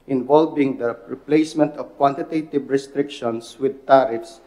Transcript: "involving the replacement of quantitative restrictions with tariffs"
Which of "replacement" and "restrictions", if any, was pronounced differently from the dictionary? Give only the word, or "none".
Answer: restrictions